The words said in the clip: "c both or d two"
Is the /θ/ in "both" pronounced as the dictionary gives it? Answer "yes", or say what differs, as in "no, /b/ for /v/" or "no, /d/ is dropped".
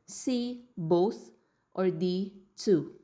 no, /t/ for /θ/